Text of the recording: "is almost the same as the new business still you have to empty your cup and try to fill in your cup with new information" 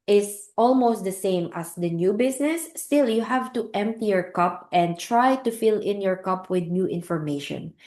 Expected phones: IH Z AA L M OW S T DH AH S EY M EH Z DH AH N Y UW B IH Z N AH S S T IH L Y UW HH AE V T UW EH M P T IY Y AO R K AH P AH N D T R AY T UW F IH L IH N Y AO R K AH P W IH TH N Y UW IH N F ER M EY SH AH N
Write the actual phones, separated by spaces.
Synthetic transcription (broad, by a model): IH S AA L M OW S T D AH S EY M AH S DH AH N Y UW B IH S N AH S S T IH L Y UW HH AE V T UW EH M P T IY Y AO R K AH P AH N D T R AY T UW F IH L IH N Y AO R K AH P W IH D N Y UW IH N F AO M EY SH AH N